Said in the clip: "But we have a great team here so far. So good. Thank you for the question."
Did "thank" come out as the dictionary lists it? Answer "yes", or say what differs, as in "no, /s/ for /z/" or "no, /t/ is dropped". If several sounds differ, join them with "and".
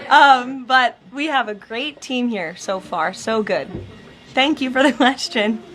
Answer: yes